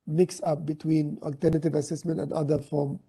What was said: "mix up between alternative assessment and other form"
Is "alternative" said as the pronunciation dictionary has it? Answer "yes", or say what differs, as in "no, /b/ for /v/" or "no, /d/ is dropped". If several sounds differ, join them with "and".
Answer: yes